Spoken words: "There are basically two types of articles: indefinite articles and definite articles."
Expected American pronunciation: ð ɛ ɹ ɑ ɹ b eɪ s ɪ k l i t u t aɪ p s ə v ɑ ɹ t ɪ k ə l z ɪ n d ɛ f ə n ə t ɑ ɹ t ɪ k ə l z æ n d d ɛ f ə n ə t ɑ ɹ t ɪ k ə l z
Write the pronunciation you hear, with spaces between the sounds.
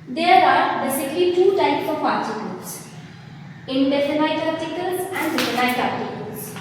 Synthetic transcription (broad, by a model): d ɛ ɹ ɑ ɹ b eɪ s ɪ k l i t u t aɪ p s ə p ɑ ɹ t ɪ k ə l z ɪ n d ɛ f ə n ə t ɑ t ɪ k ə l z æ n d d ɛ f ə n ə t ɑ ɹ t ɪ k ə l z